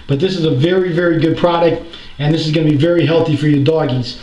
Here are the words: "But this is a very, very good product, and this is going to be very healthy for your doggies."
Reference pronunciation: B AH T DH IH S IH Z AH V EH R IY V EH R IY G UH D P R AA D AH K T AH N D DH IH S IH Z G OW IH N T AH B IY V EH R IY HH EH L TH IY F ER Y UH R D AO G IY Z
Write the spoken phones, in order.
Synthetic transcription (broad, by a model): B AH T DH IH S IH Z AH V EH R IY V EH R IY G UH D P R AA D AH K T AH N DH IH S IH Z G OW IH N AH B IY V EH R IY HH EH L TH IY F ER Y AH R D AO G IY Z